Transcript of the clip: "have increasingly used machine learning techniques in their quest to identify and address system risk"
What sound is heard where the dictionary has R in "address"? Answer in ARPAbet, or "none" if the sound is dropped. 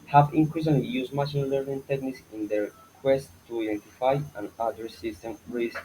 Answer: none